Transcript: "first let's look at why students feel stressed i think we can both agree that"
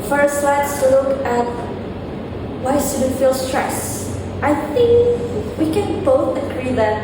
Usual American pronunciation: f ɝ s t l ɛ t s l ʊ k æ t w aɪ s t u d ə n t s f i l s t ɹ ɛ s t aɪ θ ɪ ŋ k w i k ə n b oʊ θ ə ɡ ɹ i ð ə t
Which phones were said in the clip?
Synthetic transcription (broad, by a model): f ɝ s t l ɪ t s l ʊ k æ t w aɪ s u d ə t f i l s t ɹ ɛ s t aɪ θ ɪ ŋ k w i k ə n b oʊ θ ə ɡ ɹ i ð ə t